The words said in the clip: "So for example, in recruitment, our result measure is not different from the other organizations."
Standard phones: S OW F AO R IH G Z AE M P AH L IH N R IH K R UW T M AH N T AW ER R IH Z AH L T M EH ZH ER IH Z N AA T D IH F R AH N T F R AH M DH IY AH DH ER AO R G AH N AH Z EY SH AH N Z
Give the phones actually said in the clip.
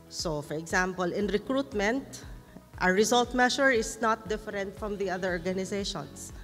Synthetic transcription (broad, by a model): S OW F AO R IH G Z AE M P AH L IH N R IH K R UW T M AH N T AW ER R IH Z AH L T M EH SH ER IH S N AA T D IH F R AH N T F R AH M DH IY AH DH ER AO R G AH N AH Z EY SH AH N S